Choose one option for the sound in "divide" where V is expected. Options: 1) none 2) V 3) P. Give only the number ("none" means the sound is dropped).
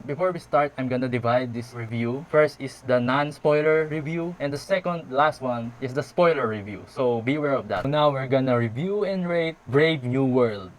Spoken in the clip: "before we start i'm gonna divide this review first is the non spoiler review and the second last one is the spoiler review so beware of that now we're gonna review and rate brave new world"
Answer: 2